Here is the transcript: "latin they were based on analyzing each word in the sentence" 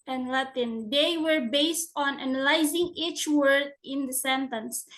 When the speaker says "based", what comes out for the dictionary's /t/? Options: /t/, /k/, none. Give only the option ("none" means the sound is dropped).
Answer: /t/